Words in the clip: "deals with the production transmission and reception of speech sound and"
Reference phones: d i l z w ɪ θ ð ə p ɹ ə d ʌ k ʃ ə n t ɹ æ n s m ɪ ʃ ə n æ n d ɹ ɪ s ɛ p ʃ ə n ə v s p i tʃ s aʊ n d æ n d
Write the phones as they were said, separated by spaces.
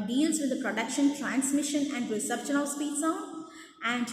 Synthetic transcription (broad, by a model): d i l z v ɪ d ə p ɹ ə d ʌ k ʃ ə n t ɹ æ n s m ɪ ʃ ə n æ n d ɹ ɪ s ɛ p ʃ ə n ə v s p i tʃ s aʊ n æ n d